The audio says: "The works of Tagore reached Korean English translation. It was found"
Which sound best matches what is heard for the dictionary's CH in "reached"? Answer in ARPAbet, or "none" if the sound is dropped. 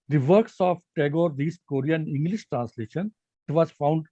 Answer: S